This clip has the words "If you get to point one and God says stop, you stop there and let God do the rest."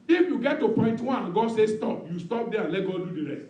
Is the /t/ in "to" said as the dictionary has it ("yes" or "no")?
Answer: yes